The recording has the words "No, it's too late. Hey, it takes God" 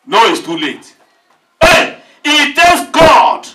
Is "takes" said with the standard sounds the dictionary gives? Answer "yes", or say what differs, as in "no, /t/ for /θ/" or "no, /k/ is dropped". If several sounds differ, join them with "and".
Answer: no, /k/ is dropped